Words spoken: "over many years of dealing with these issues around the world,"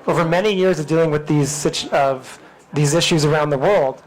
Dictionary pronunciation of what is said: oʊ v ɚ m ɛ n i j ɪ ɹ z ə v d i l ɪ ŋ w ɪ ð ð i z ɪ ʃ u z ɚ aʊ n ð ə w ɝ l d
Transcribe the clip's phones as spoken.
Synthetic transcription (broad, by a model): oʊ v ɚ m ɛ n i j ɪ ɹ z ə v d i l ɪ ŋ w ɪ ð ð i z ɪ ʃ u z ɚ aʊ n ð ə w ɝ l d